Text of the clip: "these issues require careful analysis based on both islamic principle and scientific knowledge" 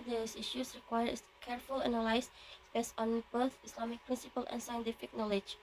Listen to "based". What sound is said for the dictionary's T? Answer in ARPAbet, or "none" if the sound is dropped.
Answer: none